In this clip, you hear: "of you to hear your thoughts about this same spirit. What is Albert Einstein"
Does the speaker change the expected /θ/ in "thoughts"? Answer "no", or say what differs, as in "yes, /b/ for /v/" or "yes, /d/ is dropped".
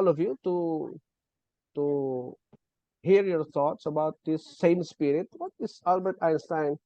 yes, /t/ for /θ/